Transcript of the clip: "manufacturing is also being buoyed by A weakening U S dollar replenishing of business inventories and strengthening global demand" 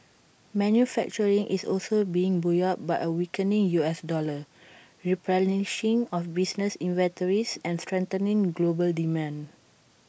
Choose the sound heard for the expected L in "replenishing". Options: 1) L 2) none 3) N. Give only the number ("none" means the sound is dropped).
2